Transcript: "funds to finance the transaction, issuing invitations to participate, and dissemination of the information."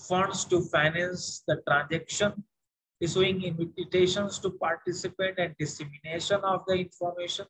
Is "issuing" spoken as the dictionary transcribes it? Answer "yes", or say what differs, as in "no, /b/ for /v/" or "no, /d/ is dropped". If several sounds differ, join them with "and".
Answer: no, /s/ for /ʃ/